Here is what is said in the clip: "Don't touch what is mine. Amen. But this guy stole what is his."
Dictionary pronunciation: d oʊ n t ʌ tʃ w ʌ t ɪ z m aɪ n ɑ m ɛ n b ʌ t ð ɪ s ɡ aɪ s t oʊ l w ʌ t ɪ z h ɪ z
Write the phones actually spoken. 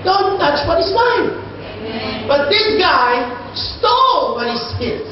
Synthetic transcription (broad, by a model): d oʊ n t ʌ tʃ w ʌ t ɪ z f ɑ ɪ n b ʌ t ð ɪ s ɡ aɪ s t oʊ l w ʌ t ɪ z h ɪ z